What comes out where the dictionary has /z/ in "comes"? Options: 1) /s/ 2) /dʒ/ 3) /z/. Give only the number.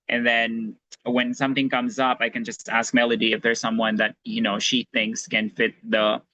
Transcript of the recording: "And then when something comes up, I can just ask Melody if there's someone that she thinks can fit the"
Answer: 3